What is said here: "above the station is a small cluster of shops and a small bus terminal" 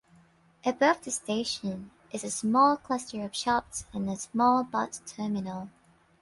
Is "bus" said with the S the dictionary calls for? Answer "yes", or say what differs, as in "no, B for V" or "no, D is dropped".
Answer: no, S is dropped